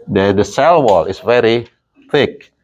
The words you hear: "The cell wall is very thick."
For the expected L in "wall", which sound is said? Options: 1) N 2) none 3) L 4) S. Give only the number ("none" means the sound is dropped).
3